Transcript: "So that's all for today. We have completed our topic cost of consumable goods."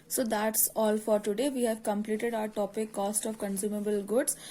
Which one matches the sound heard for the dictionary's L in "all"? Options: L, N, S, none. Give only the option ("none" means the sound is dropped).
L